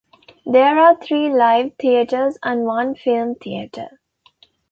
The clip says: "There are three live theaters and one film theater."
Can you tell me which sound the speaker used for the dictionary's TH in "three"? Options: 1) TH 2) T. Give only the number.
2